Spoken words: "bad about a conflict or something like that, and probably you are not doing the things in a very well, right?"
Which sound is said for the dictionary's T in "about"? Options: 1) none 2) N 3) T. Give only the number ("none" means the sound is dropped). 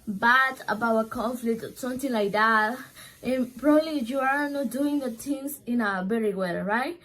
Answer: 1